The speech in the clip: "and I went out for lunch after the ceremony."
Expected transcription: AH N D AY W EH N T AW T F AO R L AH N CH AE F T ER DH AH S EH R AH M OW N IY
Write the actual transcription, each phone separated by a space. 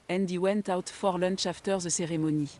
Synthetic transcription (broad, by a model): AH N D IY W EH N T AW T F AO R L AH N SH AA F T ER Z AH S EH R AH M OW N IY